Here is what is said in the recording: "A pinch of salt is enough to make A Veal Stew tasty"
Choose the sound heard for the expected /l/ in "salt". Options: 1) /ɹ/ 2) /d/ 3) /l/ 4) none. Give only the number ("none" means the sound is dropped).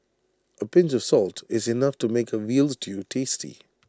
3